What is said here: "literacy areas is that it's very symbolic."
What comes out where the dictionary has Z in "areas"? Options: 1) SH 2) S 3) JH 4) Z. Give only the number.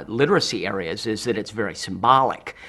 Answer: 4